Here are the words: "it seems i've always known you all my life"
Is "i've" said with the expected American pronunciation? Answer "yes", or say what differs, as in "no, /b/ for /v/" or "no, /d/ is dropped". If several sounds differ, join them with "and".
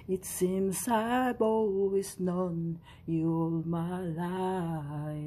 no, /b/ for /v/